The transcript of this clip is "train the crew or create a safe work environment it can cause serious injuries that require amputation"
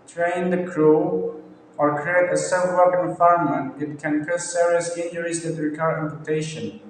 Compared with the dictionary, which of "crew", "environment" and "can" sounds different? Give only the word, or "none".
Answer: environment